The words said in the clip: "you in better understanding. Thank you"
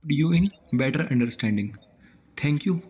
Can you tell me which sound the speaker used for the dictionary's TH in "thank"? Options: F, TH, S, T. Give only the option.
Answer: T